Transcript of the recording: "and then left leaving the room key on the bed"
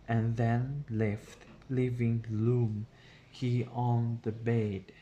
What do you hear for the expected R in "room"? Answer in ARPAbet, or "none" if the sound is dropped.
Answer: L